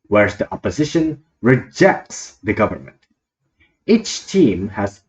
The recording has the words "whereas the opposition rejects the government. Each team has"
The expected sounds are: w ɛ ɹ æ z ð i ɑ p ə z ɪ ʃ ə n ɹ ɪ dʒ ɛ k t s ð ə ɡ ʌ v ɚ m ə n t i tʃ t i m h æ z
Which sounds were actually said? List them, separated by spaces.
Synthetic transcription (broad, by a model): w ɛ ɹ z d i ɑ p ə z ɪ ʃ ə n ɹ ɪ dʒ ɛ k t s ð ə ɡ ʌ v ɚ m ə n t i tʃ t i m h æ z